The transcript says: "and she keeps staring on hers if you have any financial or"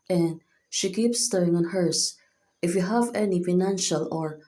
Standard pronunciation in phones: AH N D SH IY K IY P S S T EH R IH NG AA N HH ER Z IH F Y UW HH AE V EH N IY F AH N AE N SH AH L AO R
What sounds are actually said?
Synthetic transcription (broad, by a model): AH N D SH IY K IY P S S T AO IH NG AA N HH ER S IH F Y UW HH AE V EH N IY F AH N AE N SH AH L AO R